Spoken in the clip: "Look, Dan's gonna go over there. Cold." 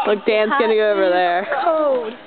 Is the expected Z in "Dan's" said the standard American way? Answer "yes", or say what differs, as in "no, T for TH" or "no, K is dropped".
no, S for Z